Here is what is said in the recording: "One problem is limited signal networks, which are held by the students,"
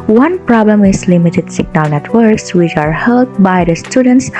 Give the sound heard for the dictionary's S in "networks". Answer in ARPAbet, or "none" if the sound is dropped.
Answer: S